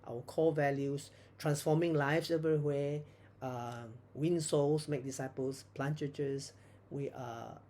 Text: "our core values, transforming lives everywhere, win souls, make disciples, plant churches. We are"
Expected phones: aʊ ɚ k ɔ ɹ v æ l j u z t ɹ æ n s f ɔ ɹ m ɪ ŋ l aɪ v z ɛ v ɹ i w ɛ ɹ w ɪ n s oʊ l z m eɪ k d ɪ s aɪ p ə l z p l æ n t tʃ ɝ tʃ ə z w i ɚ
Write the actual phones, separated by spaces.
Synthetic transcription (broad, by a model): aʊ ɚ k ɔ l v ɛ l j u s t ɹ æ n s f ɔ m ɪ ŋ l aɪ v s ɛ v ɹ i w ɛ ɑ w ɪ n s oʊ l s m eɪ k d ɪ s aɪ p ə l s p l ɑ n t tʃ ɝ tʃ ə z w i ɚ